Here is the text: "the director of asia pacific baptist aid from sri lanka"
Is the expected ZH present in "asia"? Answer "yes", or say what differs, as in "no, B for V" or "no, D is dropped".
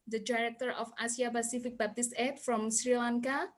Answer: no, S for ZH